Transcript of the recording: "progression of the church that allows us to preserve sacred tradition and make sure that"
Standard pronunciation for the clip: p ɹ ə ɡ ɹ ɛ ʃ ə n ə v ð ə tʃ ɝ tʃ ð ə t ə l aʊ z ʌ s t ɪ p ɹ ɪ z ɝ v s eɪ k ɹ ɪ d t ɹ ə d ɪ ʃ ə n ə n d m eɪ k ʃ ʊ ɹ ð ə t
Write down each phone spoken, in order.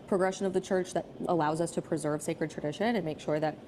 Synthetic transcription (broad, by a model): p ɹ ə ɡ ɹ ɛ ʃ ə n ə v ð ə tʃ ɝ tʃ ð ə t ə l aʊ z ʌ s t ɪ p ɹ ɪ z ɝ v s eɪ k ɹ ɪ d t ɹ ə d ɪ ʃ ə n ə n m eɪ k ʃ ʊ ɹ ð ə t